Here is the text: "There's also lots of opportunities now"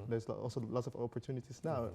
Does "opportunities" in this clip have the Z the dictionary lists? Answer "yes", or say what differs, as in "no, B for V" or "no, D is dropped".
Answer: no, S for Z